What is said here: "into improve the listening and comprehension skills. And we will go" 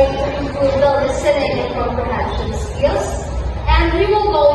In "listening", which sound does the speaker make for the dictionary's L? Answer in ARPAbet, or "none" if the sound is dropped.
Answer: N